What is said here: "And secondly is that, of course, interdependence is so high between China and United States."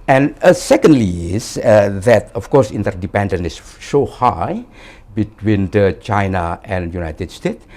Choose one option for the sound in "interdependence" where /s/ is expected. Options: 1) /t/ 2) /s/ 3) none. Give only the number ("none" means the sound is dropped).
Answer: 3